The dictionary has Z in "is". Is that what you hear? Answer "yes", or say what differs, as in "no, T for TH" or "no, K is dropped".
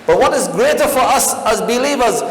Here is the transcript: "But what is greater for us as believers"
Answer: yes